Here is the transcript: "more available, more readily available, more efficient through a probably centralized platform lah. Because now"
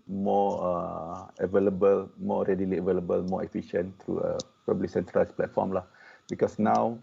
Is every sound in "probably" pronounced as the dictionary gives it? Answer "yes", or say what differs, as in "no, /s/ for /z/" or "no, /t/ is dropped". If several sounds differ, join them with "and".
no, /ɹ/ is dropped